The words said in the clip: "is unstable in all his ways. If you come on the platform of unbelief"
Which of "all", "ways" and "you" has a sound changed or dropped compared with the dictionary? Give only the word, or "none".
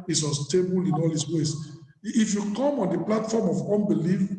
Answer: ways